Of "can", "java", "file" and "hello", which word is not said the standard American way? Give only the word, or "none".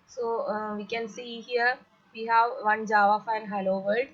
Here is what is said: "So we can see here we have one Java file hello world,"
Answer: file